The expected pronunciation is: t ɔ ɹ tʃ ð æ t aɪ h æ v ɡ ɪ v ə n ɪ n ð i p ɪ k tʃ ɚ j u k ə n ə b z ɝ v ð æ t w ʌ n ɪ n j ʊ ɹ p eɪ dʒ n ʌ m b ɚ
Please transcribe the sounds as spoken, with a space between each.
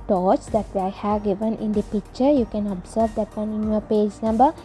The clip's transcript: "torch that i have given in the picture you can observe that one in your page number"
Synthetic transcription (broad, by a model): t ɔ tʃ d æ t aɪ h æ v ɡ ɪ v ə n ɪ n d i p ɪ k tʃ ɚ j u k ə n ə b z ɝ v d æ t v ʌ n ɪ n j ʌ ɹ p eɪ dʒ n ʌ m b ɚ